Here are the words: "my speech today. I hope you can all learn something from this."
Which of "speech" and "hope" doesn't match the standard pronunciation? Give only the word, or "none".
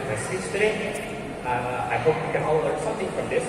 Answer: speech